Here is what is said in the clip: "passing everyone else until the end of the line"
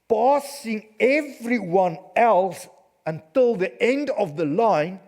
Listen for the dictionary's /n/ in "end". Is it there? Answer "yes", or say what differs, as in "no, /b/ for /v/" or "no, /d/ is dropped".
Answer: yes